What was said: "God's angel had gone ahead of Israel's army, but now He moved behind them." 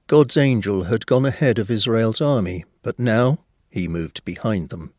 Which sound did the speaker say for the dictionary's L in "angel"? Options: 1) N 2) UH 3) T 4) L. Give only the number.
4